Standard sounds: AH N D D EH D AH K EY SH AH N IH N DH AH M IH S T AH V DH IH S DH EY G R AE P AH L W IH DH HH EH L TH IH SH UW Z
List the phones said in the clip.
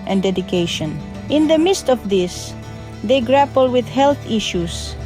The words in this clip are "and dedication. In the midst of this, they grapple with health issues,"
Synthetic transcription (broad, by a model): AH N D D EH D AH K EY SH AH N IH N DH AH M IH S T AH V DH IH S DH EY G R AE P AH L W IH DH HH EH L TH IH SH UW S